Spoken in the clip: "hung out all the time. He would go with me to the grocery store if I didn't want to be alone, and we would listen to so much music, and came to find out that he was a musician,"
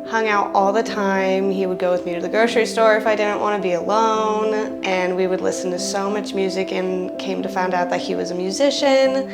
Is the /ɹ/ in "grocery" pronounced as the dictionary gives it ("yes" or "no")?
no